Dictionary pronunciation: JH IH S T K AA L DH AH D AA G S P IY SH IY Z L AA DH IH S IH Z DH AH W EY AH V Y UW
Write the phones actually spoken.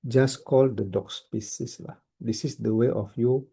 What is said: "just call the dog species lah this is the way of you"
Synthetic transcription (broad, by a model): JH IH S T K AA L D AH D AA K S P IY S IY S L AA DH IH S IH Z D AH W EY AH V Y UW